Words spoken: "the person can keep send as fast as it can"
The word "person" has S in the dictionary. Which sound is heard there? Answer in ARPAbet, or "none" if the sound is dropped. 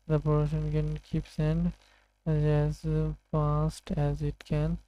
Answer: SH